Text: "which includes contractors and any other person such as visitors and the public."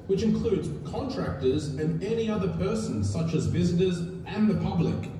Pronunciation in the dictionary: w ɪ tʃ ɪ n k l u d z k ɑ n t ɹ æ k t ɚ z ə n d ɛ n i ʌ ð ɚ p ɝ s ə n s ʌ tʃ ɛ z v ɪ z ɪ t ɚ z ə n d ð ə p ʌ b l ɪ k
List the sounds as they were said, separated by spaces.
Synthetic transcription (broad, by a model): w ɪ tʃ ɪ n k l u d z k ɑ n t ɹ æ k t ɚ z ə n ɛ n i ʌ ð ɚ p ɝ s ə n s ʌ tʃ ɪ z v ɪ z ɪ t ɚ z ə n ð ə p ʌ b l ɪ k